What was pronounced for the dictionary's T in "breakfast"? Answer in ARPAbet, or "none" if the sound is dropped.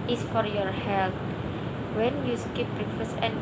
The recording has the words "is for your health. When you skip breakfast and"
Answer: none